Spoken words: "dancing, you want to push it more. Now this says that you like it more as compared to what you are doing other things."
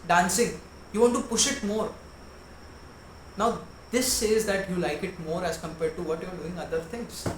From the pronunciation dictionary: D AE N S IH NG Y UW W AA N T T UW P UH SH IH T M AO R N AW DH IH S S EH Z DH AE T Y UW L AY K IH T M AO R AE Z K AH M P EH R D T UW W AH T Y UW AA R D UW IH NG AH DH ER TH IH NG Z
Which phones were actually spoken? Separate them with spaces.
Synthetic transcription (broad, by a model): D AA N S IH NG Y UW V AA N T T UW P UH SH IH T M AO R N AW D IH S S EH Z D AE T Y UW L AY K IH T M AO R AE Z K AH M P EH R D T UW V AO T Y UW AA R D UW IH NG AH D ER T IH NG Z